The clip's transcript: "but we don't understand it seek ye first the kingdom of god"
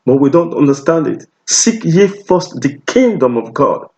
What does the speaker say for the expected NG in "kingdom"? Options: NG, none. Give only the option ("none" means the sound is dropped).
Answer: NG